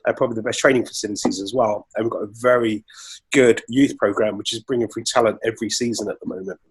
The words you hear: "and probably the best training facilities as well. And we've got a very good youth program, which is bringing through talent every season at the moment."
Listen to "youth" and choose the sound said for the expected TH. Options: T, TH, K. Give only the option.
TH